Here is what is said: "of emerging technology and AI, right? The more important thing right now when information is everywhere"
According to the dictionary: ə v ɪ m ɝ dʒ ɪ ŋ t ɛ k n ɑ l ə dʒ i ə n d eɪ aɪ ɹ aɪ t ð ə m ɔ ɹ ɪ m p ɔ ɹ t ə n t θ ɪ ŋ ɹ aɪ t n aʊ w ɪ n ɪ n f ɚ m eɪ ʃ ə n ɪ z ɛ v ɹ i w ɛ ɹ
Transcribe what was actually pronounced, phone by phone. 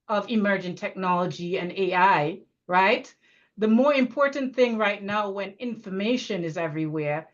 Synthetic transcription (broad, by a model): ə v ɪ m ɝ dʒ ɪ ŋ t ɛ k n ɑ l ə dʒ i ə n eɪ aɪ ɹ aɪ t ð ə m ɔ ɹ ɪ m p ɔ ɹ t n θ ɪ ŋ ɹ aɪ t n aʊ w ɪ n ɪ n f ɚ m eɪ ʃ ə n ɪ z ɛ v ɹ i w ɛ ɹ